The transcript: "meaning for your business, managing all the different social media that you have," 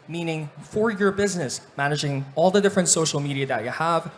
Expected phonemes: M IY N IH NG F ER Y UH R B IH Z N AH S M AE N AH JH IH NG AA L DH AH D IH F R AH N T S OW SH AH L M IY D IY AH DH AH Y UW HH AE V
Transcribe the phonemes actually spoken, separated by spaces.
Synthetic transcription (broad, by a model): M IY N IH NG F ER Y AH R B IH Z N AH S M AE N AH JH IH NG AA L DH AH D IH F R AH N T S OW SH L M IY D IY AH DH AH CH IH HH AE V